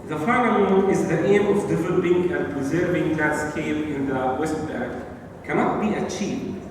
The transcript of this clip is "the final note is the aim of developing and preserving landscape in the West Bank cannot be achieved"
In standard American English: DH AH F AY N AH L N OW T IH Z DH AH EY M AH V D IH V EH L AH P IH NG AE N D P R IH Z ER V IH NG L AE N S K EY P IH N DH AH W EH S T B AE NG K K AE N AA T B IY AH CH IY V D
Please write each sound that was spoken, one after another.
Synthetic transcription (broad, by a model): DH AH F AY N AH L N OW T IH Z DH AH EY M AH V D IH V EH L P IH NG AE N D P R IH Z ER V IH NG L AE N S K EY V IH N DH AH W EH S T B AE K K AE N AA T B IY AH CH IY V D